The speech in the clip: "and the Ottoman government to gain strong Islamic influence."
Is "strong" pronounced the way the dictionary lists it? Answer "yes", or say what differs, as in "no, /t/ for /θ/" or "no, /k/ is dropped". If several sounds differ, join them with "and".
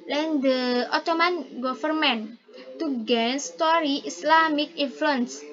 no, /ɹ/ is dropped